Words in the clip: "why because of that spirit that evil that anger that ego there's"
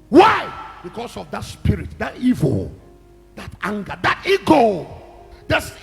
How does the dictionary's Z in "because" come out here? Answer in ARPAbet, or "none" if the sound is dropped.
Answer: S